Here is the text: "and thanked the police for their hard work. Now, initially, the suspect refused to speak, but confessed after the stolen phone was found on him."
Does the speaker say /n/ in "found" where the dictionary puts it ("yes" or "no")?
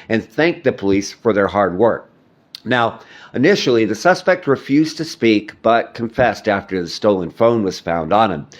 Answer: yes